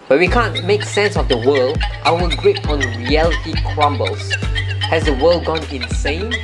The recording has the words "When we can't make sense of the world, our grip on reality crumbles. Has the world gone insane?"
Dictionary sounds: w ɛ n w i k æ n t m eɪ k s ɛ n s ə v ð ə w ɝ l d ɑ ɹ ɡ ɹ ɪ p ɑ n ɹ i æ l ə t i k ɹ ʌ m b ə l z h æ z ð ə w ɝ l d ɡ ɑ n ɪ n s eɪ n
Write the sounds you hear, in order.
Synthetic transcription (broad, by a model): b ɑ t w i k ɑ n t m eɪ k s ɛ n s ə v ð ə w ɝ l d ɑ w ɡ ɹ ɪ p ɑ n ɹ i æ l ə t i k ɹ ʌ m b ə l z h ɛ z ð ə w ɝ l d ɡ ɑ n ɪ n s eɪ n